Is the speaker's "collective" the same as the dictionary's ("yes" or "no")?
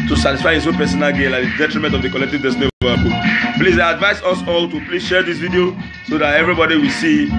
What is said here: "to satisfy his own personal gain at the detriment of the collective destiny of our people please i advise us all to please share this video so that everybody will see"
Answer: yes